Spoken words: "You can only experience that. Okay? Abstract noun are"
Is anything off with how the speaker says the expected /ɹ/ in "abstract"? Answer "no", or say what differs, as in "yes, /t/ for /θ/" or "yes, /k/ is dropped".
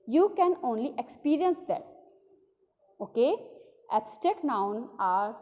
yes, /ɹ/ is dropped